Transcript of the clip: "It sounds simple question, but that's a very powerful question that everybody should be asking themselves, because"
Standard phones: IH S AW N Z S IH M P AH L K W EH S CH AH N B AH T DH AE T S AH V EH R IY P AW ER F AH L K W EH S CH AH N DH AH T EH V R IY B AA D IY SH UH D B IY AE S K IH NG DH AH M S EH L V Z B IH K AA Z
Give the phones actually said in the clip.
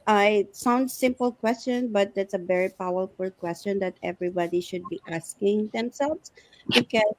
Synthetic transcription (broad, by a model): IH S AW N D S IH M P AH L K W EH S CH AH N B AH T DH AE T S AH V EH R IY P AW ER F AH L K W EH S CH AH N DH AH T EH V R IY B AA D IY SH UH D B IY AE S K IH NG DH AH M S EH L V S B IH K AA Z